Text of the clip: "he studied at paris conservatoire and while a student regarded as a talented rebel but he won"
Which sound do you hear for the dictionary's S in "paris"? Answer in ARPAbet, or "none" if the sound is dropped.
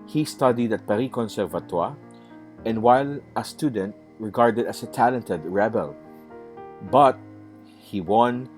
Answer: none